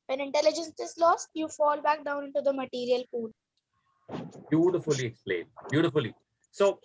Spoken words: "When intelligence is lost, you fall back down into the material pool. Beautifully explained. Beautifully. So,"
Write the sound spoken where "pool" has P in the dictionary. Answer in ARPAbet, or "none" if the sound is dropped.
F